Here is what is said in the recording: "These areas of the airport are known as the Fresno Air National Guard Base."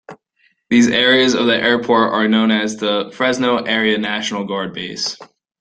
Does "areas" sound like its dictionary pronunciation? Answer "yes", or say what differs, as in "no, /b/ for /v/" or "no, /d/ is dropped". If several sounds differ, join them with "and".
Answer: yes